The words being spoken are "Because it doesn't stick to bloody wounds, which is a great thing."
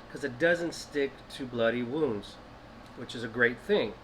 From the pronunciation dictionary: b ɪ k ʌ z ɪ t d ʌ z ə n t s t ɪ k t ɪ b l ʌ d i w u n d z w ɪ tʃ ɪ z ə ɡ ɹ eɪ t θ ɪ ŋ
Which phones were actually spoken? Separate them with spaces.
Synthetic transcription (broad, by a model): k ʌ z ɪ t d ʌ z ə n t s t ɪ k t ɪ b l ʌ d i w u n d z w ɪ tʃ ɪ z ə ɡ ɹ eɪ t θ ɪ ŋ